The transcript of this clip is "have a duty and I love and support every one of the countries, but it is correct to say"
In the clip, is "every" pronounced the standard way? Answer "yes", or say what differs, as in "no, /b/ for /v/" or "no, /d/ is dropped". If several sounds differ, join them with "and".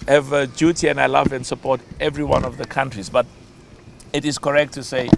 yes